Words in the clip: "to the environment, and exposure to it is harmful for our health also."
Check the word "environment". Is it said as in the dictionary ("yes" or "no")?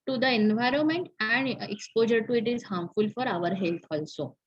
yes